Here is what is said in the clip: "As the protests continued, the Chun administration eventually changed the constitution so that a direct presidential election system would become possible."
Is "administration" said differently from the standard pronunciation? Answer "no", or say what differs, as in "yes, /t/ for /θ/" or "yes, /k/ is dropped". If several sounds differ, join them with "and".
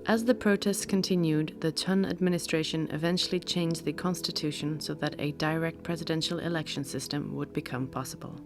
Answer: no